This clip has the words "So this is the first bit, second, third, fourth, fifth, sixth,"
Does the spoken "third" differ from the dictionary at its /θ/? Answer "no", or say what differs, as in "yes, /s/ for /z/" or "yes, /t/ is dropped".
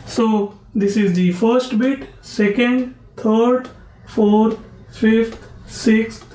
yes, /t/ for /θ/